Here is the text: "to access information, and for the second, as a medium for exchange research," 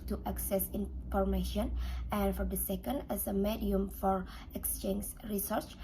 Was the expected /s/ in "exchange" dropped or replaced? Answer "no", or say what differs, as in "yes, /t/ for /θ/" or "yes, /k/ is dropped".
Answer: no